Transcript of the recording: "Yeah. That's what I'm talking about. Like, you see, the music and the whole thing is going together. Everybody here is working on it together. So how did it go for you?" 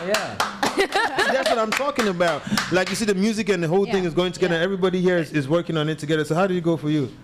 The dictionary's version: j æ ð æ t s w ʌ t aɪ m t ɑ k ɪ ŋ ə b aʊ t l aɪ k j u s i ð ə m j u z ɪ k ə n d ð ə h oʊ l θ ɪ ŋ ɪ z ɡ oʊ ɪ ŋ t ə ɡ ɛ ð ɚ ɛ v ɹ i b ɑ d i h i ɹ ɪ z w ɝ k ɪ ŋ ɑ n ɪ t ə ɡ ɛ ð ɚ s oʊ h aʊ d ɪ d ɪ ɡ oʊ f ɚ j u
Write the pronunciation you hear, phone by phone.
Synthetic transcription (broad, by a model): j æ ð æ t s w ʌ t aɪ m t ɑ k ɪ ŋ ə b aʊ t l aɪ k j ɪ s i ð ə m j u z ɪ k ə n ð ə h oʊ l θ ɪ ŋ ɪ z ɡ oʊ ɪ ŋ t ə ɡ ɛ ð ɚ ɛ v ɹ i b ɑ d i h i ɹ ɪ z w ɝ k ɪ ŋ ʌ n ɪ t ə ɡ ɛ ð ɚ s oʊ h aʊ d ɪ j ɪ ɡ oʊ f ɚ j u